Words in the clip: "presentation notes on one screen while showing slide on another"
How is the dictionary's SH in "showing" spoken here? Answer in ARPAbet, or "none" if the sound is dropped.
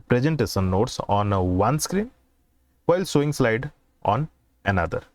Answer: S